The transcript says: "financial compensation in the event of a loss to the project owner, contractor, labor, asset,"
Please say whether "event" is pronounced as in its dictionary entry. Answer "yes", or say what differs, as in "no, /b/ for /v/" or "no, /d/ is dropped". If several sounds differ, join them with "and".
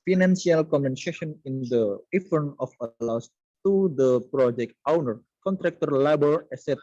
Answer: no, /f/ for /v/ and /t/ is dropped